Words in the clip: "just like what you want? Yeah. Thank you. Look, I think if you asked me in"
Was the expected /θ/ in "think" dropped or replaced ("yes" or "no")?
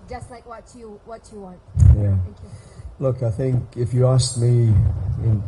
no